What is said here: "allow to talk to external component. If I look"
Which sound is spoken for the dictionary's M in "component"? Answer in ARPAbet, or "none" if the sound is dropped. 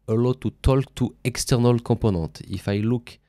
none